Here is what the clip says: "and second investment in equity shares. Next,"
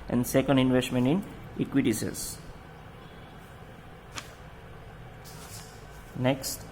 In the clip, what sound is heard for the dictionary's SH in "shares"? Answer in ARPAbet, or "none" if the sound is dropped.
S